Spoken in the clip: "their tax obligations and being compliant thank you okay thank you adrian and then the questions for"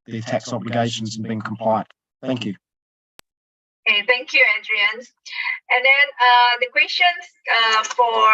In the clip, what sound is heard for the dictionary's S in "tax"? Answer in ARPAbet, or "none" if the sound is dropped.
S